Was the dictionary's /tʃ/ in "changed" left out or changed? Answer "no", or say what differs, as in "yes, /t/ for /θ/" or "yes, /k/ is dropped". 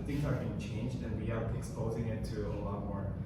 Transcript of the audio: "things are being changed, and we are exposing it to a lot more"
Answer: no